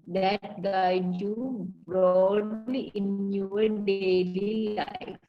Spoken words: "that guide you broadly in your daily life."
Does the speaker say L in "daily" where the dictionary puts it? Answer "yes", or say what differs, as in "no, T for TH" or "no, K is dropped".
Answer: yes